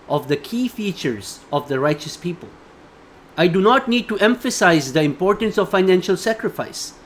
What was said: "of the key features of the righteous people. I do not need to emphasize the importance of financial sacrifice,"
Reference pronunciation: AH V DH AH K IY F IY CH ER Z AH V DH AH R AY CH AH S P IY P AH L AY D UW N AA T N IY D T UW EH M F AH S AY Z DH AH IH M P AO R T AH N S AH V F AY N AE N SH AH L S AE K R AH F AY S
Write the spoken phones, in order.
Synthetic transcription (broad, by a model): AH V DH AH K IY F IY CH ER Z AH V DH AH R AY CH AH S P IY P AH L AY D UW N AA T N IY D T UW EH M F AH S AY Z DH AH IH M P AO R T AH N S AH V F AY N AE N SH AH L S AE K R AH F AY S